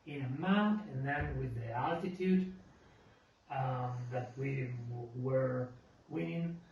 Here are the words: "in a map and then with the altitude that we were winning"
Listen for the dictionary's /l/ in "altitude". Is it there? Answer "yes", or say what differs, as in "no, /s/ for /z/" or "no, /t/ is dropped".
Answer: yes